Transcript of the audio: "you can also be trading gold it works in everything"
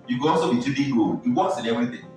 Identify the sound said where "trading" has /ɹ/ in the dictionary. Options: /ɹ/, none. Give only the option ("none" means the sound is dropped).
none